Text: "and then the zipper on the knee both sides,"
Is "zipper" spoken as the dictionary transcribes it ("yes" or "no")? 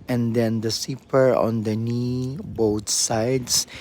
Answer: no